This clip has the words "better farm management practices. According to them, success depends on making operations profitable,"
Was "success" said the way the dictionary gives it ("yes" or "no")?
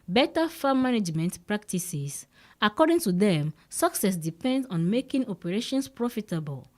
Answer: yes